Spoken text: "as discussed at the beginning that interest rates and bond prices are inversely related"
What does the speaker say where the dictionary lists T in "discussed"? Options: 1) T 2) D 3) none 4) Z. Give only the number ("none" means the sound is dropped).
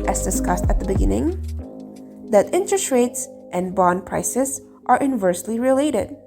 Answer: 1